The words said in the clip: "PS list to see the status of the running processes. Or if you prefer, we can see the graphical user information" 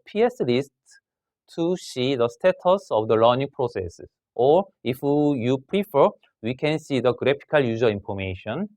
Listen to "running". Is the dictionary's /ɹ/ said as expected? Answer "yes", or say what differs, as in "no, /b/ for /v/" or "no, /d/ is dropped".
no, /l/ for /ɹ/